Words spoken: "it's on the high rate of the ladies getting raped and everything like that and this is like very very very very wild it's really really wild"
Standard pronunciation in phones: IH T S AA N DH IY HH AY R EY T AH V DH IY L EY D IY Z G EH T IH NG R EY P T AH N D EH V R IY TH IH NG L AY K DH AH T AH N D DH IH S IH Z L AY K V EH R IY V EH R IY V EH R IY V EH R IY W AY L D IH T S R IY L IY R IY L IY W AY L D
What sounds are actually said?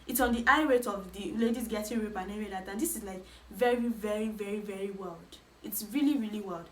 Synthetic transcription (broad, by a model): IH T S AA N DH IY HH AY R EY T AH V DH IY L EY D IY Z G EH T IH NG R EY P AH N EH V IY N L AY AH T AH N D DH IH S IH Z L AY K V EH R IY V EH R IY V EH R IY V EH R IY W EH L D IH T S R IY L IY R IY L IY W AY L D